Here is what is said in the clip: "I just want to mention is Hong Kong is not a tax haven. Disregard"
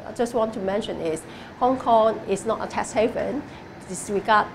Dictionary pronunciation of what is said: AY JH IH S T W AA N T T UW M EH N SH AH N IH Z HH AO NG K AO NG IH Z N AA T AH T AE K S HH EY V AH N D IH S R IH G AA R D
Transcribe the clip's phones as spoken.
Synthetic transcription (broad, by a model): AY JH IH S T W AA N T T UW M EH N SH AH N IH S HH AO NG K AO NG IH S N AA T AH T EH S HH EY V AH N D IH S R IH G AA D